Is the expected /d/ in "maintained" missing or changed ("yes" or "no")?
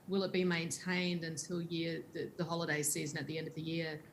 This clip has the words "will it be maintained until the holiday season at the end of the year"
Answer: no